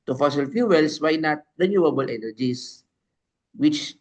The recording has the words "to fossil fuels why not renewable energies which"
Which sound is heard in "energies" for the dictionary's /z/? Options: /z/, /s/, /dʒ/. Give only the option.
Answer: /s/